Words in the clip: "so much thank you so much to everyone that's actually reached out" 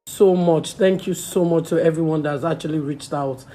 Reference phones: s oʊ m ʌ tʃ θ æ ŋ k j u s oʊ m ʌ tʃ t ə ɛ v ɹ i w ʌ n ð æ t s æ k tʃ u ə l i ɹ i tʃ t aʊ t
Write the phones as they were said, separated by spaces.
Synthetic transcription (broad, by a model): s oʊ m ʌ tʃ θ æ ŋ k j u s oʊ m ʌ tʃ t ə ɛ v ɹ i w ʌ n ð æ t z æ k tʃ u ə l i ɹ i tʃ t aʊ t